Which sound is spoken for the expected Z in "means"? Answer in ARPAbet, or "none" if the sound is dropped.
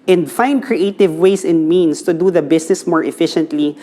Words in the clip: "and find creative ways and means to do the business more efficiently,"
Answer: S